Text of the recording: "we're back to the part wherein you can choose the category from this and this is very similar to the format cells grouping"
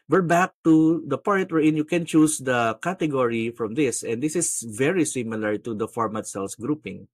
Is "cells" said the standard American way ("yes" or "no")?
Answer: no